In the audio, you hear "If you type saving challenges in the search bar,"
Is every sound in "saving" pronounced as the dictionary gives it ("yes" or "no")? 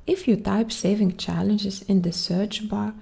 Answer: yes